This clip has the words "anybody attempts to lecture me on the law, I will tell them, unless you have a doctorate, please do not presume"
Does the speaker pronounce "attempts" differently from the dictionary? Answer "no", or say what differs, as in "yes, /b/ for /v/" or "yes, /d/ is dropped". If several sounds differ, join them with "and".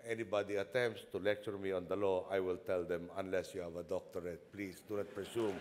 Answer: no